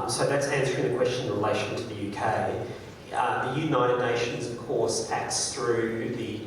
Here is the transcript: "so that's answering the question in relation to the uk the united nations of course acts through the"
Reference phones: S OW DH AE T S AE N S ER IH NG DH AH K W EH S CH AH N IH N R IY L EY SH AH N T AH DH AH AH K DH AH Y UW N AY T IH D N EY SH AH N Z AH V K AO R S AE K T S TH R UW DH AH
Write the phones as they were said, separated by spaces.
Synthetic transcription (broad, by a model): S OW DH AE T S AE N S ER IH NG DH AH K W EH S CH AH IH N R IY L EY SH AH N T AH DH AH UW K DH AH Y UW N AY T IH D N EY SH AH N Z AH V K AO R S AE K T S TH R UW DH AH